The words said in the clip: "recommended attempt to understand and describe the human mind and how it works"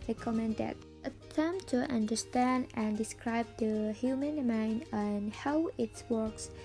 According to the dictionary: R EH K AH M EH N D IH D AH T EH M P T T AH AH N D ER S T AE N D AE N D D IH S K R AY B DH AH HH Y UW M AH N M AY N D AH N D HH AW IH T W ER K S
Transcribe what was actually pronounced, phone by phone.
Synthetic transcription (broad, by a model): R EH K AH M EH N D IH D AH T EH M T T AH AH N D ER S T AE N D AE N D D IH S K R AY B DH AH HH Y UW M AH N M AY N D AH N HH AW IH T W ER K S